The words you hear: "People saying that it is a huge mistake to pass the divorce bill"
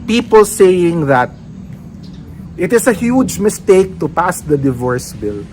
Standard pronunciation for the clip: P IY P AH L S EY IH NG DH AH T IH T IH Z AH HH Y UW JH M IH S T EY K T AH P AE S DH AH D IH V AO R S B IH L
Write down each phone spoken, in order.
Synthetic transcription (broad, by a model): P IY P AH L S EY IH NG DH AH T IH T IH S AH HH Y UW JH M IH S T EY K T AH P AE S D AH D IH V AO R S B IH L